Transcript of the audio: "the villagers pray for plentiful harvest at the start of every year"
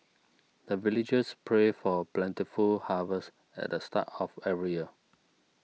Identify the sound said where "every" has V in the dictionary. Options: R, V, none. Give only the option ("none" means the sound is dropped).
none